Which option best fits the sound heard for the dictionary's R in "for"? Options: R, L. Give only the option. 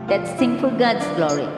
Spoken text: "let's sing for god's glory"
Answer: L